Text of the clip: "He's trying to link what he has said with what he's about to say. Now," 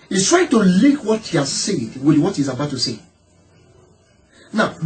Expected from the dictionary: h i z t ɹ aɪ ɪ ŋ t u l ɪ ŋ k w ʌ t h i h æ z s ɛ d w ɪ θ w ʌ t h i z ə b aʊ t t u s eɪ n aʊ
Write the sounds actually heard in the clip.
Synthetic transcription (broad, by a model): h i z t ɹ aɪ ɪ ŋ t u l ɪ k w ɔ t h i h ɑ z s ɛ d w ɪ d w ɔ t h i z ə b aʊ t t u s eɪ n aʊ